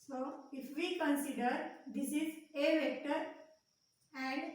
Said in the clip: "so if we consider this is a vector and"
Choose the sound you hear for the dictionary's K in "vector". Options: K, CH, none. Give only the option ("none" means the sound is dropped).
K